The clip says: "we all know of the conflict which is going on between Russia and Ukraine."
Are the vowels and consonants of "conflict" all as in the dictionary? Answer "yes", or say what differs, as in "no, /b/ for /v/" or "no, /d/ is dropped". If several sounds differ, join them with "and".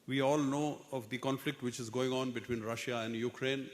yes